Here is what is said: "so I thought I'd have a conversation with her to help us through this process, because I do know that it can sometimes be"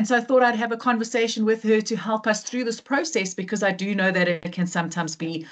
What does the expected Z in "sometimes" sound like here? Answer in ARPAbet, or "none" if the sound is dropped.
Z